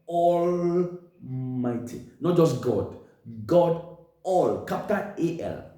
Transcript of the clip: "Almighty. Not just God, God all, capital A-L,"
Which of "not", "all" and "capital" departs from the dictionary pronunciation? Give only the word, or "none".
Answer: capital